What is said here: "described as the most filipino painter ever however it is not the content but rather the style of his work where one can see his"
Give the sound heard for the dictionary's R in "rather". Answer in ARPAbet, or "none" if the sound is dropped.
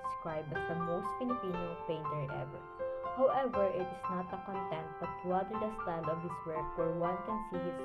L